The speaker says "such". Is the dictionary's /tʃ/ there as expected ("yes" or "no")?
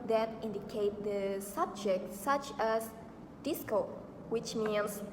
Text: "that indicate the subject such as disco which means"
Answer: yes